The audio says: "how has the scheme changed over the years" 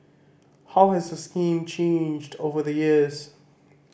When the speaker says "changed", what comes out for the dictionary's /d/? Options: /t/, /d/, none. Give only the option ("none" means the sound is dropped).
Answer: /d/